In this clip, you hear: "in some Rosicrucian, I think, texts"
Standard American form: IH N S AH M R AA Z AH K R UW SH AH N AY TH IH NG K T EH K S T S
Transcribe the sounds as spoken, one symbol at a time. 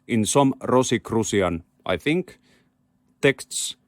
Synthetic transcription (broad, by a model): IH N S AH M R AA S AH K R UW S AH N AY TH IH NG K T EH K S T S